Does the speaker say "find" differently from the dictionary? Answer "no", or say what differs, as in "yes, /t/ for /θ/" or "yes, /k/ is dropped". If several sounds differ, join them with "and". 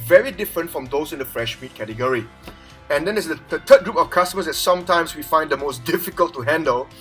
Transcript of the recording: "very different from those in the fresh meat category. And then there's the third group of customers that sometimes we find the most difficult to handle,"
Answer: no